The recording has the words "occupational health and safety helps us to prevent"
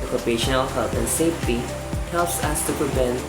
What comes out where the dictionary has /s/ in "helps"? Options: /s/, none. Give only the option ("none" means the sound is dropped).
/s/